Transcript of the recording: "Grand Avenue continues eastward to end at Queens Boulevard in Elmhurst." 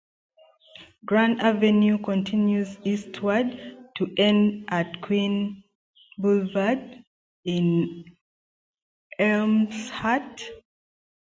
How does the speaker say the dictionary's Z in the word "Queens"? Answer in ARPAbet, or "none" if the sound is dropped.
none